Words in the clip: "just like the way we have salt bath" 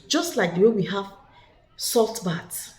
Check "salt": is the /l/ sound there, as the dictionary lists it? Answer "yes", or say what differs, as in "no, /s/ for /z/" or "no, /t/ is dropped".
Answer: yes